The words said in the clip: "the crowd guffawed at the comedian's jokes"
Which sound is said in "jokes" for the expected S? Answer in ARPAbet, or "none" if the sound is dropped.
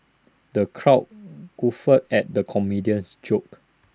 none